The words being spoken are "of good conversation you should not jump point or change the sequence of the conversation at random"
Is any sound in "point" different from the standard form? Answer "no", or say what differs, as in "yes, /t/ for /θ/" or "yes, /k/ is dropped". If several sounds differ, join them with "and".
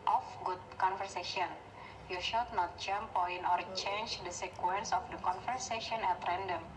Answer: yes, /t/ is dropped